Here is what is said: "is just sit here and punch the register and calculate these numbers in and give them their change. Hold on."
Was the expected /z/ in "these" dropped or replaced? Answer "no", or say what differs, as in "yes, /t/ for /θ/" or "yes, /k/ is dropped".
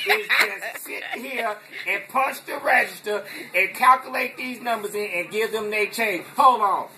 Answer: no